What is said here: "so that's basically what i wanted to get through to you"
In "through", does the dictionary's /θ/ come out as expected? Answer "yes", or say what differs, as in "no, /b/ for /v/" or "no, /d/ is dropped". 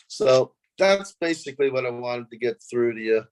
yes